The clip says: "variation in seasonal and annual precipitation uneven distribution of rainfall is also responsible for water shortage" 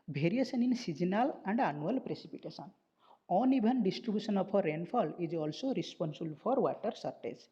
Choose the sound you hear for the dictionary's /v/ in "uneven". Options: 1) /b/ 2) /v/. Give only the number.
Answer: 1